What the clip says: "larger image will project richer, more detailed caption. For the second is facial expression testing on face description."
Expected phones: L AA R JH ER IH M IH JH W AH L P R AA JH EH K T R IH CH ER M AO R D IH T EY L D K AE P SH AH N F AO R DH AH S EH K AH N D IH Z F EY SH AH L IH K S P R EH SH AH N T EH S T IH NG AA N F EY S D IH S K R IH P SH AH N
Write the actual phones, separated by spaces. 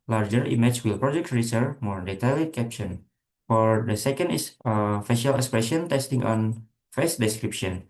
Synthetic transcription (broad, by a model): L AA R JH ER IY M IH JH W AH L P R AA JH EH K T R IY S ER M AO R D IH T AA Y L K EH P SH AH N F AO R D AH S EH K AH N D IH S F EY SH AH L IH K S P R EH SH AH N T EH S T IH NG AA N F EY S D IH S K R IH P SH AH N